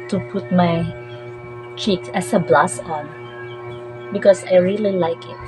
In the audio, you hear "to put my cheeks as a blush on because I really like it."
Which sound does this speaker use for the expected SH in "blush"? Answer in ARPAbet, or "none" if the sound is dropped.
S